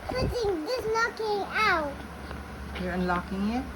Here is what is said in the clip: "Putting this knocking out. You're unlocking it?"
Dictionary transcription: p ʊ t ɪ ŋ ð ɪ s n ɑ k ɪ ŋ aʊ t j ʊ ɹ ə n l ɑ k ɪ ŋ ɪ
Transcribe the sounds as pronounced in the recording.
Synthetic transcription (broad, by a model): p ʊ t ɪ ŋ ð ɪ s l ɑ k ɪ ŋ aʊ t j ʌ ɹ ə n l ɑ k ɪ ŋ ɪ